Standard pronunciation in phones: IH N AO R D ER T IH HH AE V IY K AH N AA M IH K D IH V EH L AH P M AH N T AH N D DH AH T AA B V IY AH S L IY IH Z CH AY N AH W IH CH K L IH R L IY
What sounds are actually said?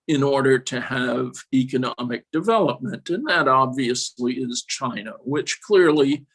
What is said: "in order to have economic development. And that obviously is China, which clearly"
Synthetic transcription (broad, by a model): IH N AO R D ER T IH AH V IY K AH N AA M IH K D IH V EH L AH P M AH N T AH N DH AH T AA B V IY AH S L IY IH Z CH AY N AH W IH CH K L IH R L IY